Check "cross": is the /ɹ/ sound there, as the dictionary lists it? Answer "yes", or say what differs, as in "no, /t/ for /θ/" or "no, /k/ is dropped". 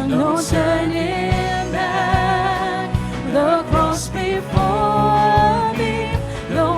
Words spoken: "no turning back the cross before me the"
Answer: no, /ɹ/ is dropped